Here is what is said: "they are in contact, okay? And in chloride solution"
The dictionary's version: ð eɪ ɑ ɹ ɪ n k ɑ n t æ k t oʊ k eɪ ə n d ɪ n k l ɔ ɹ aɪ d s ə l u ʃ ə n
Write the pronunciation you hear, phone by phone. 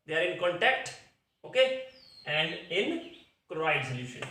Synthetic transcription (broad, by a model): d eɪ ɑ ɹ ɪ n k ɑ n t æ k t oʊ k eɪ ə n d ɪ n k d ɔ aɪ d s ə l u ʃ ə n